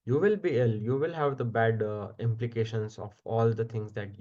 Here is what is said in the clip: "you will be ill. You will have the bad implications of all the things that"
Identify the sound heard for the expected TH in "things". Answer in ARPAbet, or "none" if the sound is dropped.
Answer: T